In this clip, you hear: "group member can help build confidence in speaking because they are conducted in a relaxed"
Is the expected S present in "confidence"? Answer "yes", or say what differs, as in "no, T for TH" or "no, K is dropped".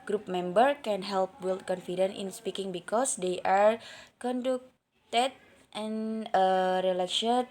no, S is dropped